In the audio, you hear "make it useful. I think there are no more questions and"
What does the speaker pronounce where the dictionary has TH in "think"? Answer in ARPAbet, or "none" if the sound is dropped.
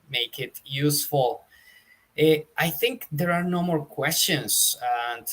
TH